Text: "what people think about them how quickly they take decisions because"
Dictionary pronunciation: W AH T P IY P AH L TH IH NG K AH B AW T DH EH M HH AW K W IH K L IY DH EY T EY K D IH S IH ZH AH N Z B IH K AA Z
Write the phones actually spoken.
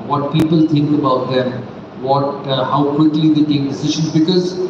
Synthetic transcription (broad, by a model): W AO T P IY P AH L T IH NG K AH B AW T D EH M HH AW K W IH K L IY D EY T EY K D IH S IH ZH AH N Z B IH K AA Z